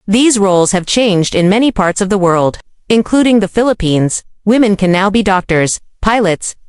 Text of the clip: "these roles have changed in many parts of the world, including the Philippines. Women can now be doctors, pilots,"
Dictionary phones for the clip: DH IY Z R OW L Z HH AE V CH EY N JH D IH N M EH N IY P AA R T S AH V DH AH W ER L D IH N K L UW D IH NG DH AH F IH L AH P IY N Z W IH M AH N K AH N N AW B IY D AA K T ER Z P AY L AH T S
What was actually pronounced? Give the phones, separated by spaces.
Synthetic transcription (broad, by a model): DH IY Z R OW L Z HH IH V CH EY N JH D IH N M EH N IY P AA R T S AH V DH AH W ER L D IH N K L UW D IH NG DH AH F IH L AH P IY N Z W IH M AH N K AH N N AW B IY D AA K T ER Z P AY L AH T S